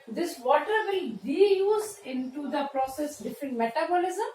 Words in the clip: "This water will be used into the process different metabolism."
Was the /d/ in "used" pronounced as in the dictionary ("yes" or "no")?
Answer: no